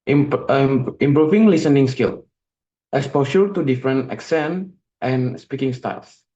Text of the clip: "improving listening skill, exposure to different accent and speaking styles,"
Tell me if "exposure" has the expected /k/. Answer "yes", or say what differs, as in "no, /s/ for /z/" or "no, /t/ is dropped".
no, /k/ is dropped